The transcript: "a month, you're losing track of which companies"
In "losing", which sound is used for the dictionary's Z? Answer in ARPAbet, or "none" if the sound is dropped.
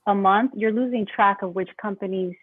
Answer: Z